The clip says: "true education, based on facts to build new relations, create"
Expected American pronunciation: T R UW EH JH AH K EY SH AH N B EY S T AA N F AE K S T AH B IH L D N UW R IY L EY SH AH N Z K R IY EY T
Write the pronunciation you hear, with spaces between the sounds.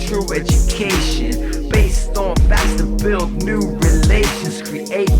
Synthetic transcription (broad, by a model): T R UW EH JH AH K EY SH AH N B EY S T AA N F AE S T AH B IH L D N UW R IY L EY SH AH N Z K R IY EY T